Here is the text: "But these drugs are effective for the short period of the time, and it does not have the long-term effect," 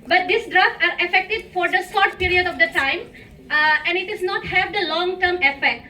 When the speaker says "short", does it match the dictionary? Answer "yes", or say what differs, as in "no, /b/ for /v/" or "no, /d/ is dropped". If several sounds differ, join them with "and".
no, /s/ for /ʃ/